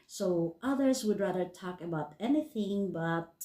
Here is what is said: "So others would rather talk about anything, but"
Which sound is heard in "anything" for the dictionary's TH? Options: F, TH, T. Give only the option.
TH